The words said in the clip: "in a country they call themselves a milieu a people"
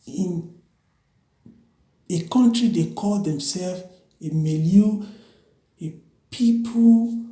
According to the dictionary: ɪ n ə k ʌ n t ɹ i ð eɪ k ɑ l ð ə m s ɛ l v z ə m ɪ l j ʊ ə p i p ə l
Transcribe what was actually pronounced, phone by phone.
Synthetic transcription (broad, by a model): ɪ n ə k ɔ n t ɹ i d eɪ k ɑ l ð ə m s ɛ l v ə m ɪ l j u ə p i p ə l